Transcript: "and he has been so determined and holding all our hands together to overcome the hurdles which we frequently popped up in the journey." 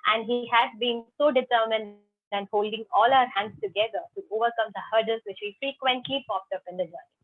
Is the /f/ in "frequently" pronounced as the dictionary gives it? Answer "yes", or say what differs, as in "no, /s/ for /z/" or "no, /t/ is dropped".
yes